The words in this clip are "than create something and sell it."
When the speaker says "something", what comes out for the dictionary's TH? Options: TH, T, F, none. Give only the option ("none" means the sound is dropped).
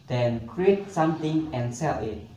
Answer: T